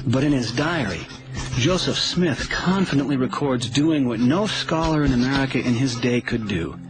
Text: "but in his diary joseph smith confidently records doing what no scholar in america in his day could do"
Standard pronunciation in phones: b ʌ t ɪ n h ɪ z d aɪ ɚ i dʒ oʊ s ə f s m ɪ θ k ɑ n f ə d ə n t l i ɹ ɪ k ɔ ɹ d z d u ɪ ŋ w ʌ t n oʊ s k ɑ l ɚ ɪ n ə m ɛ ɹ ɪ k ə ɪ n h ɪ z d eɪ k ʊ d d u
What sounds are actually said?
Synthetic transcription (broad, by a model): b ʌ t ɪ n ɪ z d aɪ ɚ i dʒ oʊ s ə f s m ɪ θ k ɑ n f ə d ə n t l i ɹ ɪ k ɔ ɹ d z d u ɪ ŋ w ʌ t n oʊ s k ɑ l ɚ ɪ n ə m ɛ ɹ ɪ k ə ɪ n ɪ z d eɪ k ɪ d d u